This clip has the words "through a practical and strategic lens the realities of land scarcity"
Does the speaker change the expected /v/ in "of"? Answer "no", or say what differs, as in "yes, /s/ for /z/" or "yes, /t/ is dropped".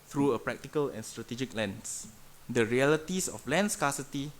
yes, /f/ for /v/